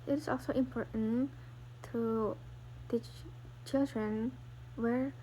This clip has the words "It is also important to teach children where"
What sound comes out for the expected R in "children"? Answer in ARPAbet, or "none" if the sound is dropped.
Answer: R